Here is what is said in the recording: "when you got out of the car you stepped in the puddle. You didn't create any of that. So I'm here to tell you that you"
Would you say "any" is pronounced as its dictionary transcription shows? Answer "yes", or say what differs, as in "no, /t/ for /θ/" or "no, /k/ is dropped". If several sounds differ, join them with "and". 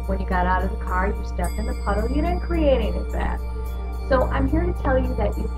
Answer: no, /n/ is dropped